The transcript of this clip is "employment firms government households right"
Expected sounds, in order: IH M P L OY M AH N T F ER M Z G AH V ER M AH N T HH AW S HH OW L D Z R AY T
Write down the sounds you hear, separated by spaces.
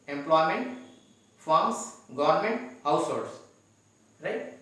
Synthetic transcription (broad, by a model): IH M P L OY M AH N T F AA M S G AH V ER M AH N T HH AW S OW D S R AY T